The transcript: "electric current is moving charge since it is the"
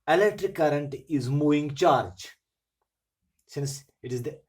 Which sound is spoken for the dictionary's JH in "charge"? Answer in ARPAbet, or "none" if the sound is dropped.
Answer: JH